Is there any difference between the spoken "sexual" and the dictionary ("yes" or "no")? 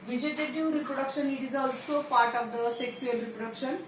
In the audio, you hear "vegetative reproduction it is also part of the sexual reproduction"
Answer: yes